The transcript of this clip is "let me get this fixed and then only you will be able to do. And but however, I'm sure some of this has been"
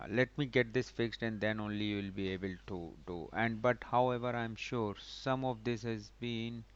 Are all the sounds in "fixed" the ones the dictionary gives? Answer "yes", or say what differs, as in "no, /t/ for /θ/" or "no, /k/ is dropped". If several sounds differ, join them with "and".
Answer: yes